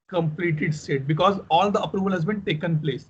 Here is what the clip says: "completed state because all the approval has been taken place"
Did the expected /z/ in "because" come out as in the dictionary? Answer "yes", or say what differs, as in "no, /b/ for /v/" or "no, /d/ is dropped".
yes